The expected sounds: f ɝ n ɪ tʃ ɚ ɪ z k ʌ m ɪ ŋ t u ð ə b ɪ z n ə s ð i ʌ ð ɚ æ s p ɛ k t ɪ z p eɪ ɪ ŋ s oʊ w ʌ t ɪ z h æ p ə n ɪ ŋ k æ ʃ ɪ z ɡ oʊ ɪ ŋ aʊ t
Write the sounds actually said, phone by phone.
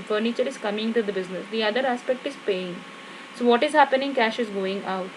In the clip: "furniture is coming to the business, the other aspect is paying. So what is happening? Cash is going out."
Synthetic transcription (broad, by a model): f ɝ n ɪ tʃ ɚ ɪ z k ʌ m ɪ ŋ t u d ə b ɪ z n ə s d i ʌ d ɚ æ s p ɛ k t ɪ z p eɪ ɪ ŋ s oʊ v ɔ t ɪ z h æ p ə n ɪ ŋ k æ ʃ ɪ z ɡ oʊ ɪ ŋ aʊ t